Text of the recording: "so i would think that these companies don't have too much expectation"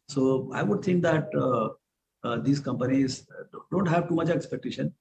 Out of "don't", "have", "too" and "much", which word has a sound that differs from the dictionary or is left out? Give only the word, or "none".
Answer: none